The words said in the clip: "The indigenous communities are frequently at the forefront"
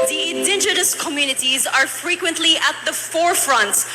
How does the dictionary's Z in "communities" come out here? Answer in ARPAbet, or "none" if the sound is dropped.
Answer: Z